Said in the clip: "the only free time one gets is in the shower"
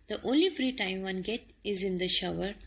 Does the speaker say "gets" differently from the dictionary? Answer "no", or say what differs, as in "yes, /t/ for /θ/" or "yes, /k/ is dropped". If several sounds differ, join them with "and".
yes, /s/ is dropped